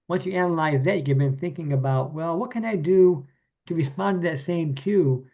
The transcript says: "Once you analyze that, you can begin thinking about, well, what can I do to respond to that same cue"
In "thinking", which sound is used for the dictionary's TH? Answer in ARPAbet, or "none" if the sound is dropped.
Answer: TH